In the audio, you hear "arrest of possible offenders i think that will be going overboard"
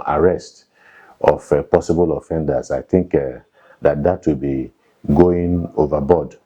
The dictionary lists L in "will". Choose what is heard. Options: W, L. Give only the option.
W